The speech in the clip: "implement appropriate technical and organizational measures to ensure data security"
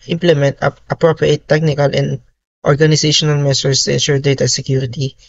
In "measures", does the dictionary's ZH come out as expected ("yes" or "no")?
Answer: no